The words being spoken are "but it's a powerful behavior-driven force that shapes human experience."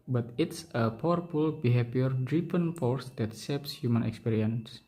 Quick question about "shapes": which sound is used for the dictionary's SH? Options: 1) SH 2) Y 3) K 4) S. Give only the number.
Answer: 4